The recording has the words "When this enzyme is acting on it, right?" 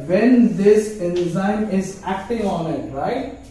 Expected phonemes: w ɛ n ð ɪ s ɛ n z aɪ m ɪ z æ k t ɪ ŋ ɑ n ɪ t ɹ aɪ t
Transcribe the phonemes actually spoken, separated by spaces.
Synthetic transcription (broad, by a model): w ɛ n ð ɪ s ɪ z aɪ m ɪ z æ k t ɪ ŋ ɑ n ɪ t ɹ aɪ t